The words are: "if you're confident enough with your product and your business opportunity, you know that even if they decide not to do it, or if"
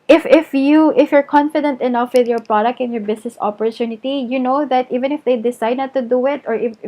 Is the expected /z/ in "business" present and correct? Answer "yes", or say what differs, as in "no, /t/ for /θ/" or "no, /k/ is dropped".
no, /s/ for /z/